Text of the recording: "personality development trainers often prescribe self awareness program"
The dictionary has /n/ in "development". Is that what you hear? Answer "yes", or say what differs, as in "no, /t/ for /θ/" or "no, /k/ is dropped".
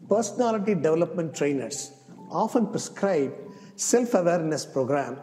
yes